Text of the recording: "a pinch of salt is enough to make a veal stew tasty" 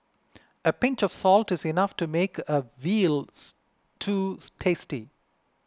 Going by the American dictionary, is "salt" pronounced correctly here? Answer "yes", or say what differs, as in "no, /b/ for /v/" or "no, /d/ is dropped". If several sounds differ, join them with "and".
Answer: yes